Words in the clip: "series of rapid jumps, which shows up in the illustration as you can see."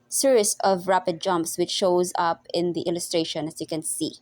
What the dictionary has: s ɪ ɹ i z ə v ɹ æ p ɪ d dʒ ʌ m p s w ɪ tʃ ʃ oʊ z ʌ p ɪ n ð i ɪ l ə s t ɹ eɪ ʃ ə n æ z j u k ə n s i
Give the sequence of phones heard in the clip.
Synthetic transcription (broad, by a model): s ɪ ɹ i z ə v ɹ æ p ɪ d dʒ ʌ m p s w ɪ tʃ ʃ oʊ z ʌ p ɪ n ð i ɪ l ə s t ɹ eɪ ʃ ə n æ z j u k ə n s i